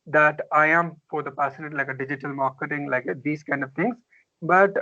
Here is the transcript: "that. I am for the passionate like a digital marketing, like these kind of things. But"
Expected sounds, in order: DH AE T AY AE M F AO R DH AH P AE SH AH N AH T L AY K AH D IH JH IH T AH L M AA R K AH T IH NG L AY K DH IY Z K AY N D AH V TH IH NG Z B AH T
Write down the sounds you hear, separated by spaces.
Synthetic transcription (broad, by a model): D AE T AY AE M F AO R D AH P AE S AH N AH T L AY K AH D IH JH IH T AH L M AA R K AH T IH NG L AY K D IY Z K AY N D AH V T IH NG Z B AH T